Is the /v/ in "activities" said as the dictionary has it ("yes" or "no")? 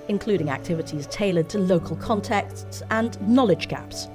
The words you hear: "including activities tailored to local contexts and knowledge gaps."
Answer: yes